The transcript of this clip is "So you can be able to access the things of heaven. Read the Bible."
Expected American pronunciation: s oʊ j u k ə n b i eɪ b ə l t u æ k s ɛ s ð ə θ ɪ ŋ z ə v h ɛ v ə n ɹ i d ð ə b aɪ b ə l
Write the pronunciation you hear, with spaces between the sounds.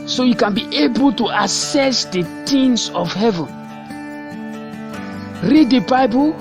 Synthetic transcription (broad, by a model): s oʊ j u k ə n b i eɪ b ə l t u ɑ s ɛ s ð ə t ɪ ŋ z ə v h ɛ v ə n ɹ i d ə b aɪ b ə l